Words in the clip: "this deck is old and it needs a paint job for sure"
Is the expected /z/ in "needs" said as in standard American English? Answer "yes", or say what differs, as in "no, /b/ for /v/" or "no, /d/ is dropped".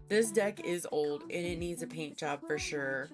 yes